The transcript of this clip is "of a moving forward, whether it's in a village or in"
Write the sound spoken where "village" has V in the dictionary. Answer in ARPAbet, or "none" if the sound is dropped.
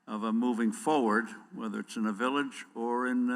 V